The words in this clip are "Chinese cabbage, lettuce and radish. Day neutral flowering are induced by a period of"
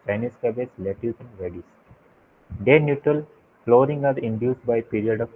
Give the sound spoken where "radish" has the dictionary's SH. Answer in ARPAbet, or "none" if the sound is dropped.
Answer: S